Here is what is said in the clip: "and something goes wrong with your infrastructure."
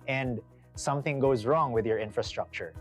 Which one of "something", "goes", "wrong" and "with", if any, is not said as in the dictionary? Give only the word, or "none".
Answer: none